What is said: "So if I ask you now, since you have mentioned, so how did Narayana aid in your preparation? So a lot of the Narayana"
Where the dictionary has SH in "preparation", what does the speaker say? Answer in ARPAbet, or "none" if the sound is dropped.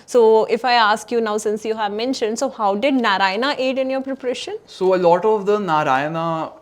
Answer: SH